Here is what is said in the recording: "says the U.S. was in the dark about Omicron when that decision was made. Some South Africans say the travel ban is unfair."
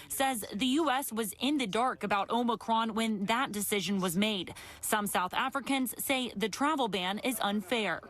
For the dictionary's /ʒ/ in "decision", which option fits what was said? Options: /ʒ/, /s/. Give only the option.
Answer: /ʒ/